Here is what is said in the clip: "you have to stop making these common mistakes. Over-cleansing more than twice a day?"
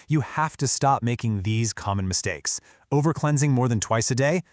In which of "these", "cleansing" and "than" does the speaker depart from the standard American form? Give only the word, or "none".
none